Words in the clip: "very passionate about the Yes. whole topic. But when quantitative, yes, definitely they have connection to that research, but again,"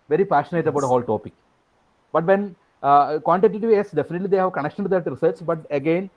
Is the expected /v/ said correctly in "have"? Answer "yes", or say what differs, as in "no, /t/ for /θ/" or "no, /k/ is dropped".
yes